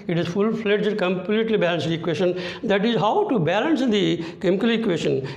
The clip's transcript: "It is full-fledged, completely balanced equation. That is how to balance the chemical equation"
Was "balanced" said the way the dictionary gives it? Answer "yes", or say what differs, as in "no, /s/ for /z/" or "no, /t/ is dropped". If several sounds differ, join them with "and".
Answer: no, /t/ is dropped